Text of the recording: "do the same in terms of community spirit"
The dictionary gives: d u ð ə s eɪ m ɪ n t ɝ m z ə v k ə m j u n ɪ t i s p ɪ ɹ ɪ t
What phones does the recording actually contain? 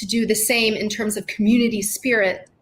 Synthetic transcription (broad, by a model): d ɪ ð ə s eɪ m ɪ n t ɝ m z ə v k m j u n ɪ t i s p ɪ ɹ ɪ t